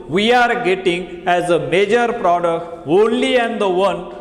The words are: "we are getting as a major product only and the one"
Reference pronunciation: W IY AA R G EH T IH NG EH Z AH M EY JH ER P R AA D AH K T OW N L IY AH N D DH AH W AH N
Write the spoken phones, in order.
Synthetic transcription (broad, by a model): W IY AA R G EH T IH NG EH Z AH M EY JH ER P R AA D AH K T OW N L IY AH N D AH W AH N